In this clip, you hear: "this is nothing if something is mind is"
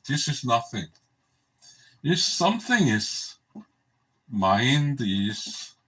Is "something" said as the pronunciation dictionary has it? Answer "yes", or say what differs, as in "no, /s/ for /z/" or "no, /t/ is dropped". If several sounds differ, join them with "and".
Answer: yes